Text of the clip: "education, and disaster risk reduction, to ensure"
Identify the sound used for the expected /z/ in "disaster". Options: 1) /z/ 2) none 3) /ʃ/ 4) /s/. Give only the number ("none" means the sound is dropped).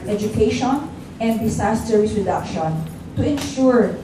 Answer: 4